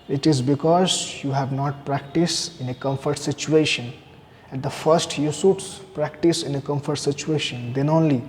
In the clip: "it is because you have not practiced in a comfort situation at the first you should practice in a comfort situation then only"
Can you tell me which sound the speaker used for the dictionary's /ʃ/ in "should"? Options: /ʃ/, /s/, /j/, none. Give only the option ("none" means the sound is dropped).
/s/